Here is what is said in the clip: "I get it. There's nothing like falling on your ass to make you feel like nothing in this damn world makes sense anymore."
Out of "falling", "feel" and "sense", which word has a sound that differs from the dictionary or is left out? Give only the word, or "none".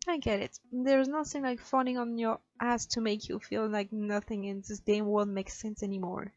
falling